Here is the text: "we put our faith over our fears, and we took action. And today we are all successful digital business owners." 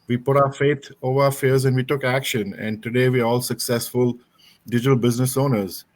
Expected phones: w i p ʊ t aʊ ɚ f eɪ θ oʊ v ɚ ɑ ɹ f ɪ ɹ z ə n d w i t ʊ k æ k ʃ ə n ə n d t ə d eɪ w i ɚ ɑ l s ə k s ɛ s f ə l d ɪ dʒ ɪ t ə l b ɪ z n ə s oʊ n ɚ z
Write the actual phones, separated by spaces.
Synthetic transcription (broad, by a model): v i p ʊ t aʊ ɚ f eɪ t oʊ v ɚ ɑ f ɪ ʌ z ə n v i t ʊ k æ k ʃ ə n ə n d t ə d eɪ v i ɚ ɑ l s ə k s ɛ s f ə l d ɪ dʒ ɪ t ə l b ɪ z n ə s oʊ n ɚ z